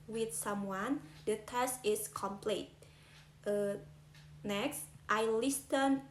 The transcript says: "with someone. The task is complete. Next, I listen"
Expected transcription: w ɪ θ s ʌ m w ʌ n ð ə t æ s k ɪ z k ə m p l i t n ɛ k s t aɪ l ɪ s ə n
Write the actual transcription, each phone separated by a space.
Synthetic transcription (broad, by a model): w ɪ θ s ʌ m w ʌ n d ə t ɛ s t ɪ s k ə m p l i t n ɛ k s t aɪ l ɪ s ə n